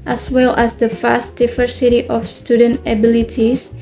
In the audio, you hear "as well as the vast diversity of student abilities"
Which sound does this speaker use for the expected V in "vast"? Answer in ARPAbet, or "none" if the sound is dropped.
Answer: F